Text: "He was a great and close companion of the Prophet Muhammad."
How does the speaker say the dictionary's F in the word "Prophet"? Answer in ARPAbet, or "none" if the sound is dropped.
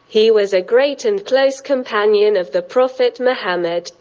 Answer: F